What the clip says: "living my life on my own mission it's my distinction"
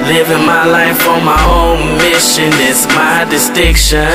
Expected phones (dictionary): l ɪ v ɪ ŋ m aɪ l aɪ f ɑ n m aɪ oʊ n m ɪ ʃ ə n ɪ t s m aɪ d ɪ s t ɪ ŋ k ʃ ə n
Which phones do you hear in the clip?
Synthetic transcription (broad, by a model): l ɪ v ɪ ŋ m aɪ l aɪ f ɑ m aɪ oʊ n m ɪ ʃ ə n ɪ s m aɪ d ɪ s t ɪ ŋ k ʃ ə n